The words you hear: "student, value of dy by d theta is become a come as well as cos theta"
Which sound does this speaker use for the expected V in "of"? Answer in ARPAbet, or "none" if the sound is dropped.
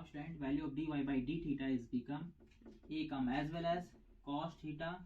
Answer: B